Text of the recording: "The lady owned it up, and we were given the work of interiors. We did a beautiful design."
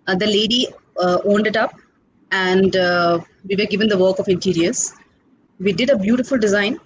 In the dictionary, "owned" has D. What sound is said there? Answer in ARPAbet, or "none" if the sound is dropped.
D